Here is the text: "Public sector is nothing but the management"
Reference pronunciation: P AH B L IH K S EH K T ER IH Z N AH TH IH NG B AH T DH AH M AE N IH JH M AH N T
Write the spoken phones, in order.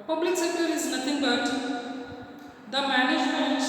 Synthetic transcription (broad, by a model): P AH B L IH K S EH K T ER IH Z N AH T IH NG B AH T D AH M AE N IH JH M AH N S